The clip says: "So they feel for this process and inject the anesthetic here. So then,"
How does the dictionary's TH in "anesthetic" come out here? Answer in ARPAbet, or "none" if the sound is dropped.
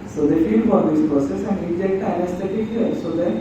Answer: T